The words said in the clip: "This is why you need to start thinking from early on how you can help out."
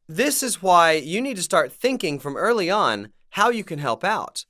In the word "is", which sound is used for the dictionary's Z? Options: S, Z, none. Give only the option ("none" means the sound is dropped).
Z